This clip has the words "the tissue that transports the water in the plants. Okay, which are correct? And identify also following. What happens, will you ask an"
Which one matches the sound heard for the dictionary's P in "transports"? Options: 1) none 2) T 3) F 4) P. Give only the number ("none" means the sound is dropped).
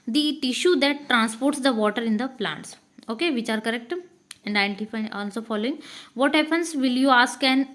4